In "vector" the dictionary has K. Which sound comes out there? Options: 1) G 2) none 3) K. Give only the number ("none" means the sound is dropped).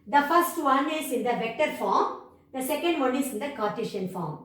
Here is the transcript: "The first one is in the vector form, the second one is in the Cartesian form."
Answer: 3